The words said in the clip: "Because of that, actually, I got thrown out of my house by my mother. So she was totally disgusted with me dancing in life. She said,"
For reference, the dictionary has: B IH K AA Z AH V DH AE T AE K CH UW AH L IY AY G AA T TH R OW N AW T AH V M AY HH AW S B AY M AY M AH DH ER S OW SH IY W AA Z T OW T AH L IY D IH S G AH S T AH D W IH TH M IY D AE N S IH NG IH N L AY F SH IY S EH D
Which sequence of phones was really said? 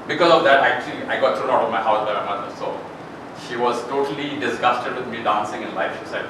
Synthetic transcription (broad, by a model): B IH K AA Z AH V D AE T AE K CH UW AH L IY AY G AA T T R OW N AW T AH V M AY HH AW S B AY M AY M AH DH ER S OW SH IY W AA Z T OW T AH L IY D IH S G AH S T AH D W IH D M IY D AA N S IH NG IH N L AY F SH IY S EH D